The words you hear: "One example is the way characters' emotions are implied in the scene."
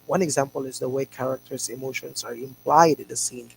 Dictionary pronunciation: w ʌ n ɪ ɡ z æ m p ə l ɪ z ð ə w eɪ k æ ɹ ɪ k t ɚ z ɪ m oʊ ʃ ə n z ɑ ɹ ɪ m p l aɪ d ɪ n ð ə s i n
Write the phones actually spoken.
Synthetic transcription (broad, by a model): w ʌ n ɪ ɡ z æ m p ə l ɪ z ð ə w eɪ k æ ɹ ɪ k t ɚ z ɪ m oʊ ʃ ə n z ɑ ɹ ɪ m p l aɪ d ɪ n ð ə s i n